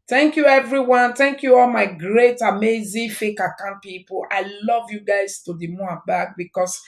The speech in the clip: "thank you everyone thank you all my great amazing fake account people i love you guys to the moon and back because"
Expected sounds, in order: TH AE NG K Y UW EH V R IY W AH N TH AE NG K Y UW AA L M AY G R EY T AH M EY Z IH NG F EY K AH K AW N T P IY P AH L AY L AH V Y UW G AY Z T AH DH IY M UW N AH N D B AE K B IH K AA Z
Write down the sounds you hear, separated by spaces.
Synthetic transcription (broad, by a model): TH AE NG K Y UW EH V R IY W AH N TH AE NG K Y UW AA L M AY G R EY T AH M EY Z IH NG F EY K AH K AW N P IY P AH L AY L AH V Y UW G AY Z T AH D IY M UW AH B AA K B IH K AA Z